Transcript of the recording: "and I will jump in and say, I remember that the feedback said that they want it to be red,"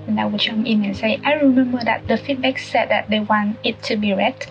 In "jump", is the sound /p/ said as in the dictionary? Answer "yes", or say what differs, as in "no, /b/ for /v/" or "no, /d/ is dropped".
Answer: no, /p/ is dropped